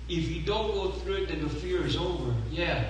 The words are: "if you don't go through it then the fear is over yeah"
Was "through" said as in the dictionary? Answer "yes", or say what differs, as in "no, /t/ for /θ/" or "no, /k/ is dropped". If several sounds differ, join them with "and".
yes